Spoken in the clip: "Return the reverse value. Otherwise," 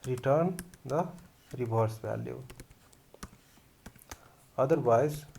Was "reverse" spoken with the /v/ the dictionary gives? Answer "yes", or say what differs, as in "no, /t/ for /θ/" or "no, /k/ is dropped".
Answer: no, /b/ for /v/